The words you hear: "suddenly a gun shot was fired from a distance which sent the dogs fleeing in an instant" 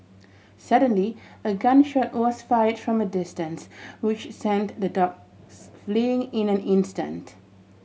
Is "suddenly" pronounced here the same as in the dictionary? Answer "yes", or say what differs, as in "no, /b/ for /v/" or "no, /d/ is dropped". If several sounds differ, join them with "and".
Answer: yes